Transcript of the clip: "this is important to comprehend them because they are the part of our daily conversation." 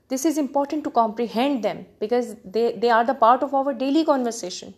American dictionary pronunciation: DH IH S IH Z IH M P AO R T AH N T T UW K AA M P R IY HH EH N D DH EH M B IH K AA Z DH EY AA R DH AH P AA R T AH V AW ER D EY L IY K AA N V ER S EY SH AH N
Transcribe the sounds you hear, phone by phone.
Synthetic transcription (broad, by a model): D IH S IH Z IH M P AO R T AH N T T UW K AA M P R IY HH EH N D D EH M B IH K AA Z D EY AA R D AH P AA R T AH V AW ER D EY L IY K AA N V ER S EY SH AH N